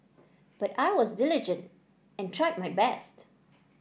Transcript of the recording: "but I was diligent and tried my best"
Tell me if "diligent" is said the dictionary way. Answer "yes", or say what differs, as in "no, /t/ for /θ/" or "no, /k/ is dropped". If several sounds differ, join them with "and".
yes